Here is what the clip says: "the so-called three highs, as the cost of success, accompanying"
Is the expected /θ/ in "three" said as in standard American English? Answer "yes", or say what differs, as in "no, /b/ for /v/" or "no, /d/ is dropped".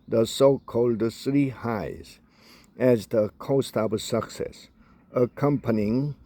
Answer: no, /s/ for /θ/